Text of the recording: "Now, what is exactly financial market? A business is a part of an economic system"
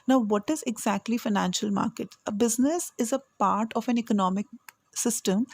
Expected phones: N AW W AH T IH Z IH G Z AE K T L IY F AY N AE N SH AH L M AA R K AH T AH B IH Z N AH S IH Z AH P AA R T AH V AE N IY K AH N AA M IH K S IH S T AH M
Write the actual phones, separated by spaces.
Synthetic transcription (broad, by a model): N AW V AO T IH Z IH G Z AE K T L IY F AY N AE N SH AH L M AA R K AH T AH B IH Z N AH S IH Z AH P AA R T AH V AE N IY K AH N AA M IH K S IH S T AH M